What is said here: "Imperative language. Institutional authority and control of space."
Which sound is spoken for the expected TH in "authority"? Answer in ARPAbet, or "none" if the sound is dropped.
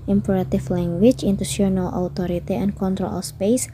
T